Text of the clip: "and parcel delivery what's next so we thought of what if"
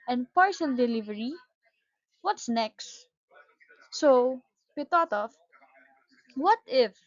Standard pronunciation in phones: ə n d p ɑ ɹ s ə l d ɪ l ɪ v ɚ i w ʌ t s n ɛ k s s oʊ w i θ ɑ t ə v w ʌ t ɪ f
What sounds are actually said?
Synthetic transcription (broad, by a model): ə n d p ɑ ɹ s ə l d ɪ l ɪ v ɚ i w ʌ t s n ɛ k s s oʊ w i t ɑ t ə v w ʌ t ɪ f